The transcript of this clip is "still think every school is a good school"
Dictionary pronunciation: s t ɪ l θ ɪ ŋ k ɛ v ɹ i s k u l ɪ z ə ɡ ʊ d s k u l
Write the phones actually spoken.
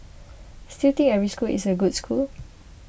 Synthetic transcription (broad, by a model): s t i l t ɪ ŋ ɛ v ɹ i s k u l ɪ s ə ɡ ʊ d s k u l